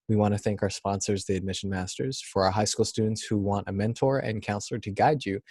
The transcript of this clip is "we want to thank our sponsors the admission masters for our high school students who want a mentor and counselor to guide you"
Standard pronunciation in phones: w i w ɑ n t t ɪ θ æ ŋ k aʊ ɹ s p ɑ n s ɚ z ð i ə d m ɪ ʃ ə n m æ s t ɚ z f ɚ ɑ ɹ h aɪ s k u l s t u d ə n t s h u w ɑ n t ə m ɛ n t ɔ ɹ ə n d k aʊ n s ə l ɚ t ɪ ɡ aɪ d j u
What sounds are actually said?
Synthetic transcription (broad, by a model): w i w ɑ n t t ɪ θ æ ŋ k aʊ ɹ s p ɑ n s ɚ z ð i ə d m ɪ ʃ n m æ s t ɚ z f ɚ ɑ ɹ h aɪ s k u l s t u d n t s h u w ɑ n t ə m ɛ n t ɔ ɹ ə n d k aʊ n s l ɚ t ɪ ɡ aɪ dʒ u